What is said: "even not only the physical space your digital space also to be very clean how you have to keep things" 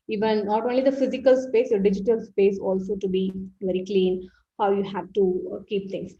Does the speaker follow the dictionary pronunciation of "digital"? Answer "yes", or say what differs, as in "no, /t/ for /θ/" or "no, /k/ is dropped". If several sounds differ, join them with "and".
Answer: yes